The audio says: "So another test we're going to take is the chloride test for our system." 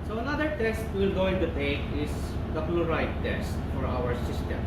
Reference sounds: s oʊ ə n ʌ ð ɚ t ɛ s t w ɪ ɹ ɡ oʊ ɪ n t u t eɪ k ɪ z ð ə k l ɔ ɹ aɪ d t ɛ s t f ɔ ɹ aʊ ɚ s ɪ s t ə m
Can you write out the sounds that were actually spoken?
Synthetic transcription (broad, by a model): s oʊ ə n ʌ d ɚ t ɛ s t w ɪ l ɡ oʊ ɪ n t u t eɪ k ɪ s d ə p l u ɹ aɪ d t ɛ s t f ɔ ɹ aʊ ɚ s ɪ s t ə m